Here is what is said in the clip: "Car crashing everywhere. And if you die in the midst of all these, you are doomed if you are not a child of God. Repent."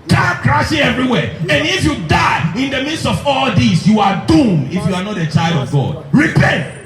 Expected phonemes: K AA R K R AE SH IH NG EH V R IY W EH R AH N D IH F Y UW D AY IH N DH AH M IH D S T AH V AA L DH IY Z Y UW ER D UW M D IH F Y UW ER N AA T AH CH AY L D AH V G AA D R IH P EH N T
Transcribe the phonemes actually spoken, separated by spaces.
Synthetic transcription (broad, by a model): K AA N K R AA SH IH EH V R IY W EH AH N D IH F Y UW D AY IH N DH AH M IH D S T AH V AA L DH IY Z Y UW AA D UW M IH F Y UW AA N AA T AH CH AY L D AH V G AA D R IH P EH N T